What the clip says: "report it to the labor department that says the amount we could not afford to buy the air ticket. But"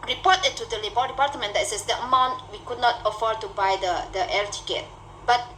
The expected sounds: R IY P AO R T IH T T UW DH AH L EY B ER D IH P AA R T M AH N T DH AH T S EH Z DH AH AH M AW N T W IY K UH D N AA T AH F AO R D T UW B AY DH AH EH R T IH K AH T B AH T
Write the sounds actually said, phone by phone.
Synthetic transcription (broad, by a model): R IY P AO T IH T T UW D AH L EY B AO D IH P AA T M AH N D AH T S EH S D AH AH M AW N T W IY K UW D N AA T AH F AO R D T UW B AY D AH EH L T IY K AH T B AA T